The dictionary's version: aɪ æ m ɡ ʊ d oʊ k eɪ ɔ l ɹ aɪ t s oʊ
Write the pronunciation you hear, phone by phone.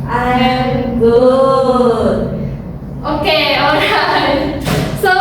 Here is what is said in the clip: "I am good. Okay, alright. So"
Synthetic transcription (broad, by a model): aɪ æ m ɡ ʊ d oʊ k eɪ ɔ ɹ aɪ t s oʊ